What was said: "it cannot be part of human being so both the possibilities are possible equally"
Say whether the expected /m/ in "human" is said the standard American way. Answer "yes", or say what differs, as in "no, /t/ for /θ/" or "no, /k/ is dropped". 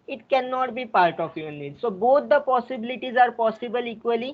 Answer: no, /m/ is dropped